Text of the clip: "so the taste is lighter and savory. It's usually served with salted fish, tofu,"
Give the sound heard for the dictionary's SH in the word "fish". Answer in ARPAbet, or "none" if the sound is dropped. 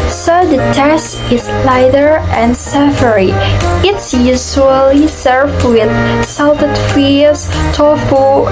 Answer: S